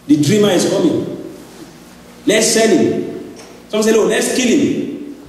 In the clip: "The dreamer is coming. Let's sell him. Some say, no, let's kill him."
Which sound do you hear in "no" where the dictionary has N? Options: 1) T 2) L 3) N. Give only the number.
2